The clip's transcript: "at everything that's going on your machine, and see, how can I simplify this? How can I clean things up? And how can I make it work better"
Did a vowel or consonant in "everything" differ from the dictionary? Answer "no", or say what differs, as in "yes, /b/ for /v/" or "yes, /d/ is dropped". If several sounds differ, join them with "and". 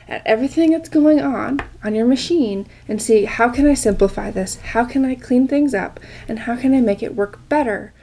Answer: no